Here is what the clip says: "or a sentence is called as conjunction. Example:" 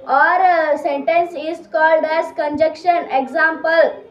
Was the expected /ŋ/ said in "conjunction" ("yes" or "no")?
no